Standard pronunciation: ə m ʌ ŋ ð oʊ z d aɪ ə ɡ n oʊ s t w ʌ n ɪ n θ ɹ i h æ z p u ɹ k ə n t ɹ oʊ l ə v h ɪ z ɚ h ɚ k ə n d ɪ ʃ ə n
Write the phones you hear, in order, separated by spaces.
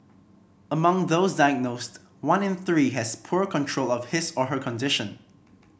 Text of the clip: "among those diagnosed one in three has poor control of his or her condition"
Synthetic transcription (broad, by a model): ə m ʌ ŋ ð oʊ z d aɪ ə ɡ n oʊ s t w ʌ n ɪ n θ ɹ i h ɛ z p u ɹ k ə n t ɹ oʊ l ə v h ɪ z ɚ h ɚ k ə n d ɪ ʃ ə n